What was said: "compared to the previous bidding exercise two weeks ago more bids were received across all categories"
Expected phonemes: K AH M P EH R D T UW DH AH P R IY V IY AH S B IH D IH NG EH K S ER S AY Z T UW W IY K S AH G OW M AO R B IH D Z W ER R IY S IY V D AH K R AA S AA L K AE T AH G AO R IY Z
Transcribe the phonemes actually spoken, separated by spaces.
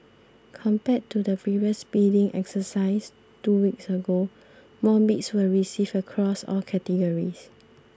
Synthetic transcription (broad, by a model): K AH M P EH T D T UW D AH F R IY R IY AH S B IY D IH NG EH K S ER S AY S T UW W IY K S AH G OW M AO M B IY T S W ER R IY S IY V AH K R AA S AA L K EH T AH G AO R IY S